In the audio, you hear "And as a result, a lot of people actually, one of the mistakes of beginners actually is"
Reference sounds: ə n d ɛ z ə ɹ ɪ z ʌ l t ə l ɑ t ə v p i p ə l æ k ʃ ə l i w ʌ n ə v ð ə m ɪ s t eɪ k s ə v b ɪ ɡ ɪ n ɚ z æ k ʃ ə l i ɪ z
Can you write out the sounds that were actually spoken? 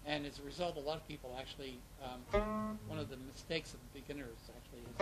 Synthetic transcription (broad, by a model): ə n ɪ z ə ɹ ɪ z ʌ l t ə l ɑ t ə v p i p l æ k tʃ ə l i w ʌ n ə v ð ə m ɪ s t eɪ k s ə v b ɪ ɡ ɪ n ɚ z æ k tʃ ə l i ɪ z